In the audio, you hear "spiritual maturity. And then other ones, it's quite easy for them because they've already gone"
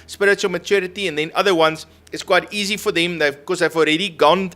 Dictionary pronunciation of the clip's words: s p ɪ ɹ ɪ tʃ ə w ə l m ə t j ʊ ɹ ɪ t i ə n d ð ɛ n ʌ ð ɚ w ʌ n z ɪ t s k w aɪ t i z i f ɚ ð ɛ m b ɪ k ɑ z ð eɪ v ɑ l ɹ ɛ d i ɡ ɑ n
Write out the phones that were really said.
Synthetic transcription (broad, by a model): s p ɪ ɹ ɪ tʃ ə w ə l m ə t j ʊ ɹ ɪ t i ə n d ð ɛ n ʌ ð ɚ w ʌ n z ɪ t s k w aɪ t i z i f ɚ ð ɛ m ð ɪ k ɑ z ð eɪ v ɑ l ɹ ɛ d i ɡ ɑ n